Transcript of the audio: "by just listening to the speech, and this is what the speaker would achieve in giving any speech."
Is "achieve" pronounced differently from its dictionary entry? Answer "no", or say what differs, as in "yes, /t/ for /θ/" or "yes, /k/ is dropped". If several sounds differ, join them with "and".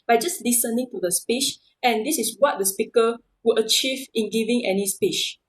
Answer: no